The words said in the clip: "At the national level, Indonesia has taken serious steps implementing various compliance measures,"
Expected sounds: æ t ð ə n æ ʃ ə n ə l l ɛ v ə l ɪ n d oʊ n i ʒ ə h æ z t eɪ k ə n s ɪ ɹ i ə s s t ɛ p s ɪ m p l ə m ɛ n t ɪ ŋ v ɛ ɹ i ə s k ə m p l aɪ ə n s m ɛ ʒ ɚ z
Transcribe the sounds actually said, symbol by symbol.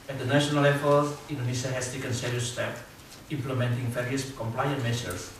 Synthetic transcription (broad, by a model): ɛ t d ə n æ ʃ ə n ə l l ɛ f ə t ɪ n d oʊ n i s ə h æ s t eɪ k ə n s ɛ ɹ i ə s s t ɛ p ɪ m p l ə m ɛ n t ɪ ŋ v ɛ ɹ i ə s k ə m p l aɪ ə n m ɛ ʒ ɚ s